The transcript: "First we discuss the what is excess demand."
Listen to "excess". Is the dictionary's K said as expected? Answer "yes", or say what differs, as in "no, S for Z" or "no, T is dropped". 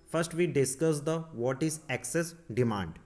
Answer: yes